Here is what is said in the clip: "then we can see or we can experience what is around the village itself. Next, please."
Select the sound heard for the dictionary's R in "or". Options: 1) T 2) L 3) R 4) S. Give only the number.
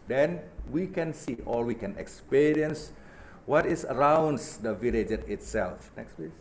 2